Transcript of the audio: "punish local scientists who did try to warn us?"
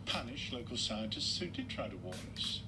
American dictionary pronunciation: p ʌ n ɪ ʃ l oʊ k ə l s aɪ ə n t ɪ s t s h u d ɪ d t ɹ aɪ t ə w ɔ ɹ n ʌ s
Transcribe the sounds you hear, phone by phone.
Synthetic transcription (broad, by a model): p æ n ɪ ʃ l oʊ k ə l s aɪ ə n t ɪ s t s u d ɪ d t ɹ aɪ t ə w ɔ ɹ ʌ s